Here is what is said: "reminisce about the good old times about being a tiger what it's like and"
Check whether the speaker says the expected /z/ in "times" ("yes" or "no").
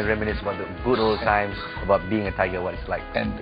no